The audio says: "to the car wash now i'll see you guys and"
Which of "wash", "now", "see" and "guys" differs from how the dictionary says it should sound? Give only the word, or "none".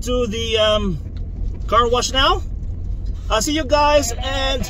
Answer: none